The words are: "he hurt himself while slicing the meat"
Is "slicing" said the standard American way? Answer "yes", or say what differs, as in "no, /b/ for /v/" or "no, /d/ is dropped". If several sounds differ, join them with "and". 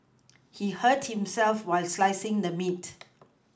yes